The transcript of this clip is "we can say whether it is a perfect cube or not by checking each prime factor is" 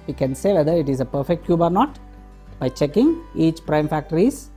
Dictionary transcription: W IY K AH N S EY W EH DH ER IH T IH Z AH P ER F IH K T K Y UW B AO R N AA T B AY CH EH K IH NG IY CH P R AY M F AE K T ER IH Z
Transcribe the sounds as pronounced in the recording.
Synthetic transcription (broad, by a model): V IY K AH N S EY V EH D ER IH T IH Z AH P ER F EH K T K Y UW B AO R N AA T B AY CH EH K IH NG IY CH P R AY M F AE K T ER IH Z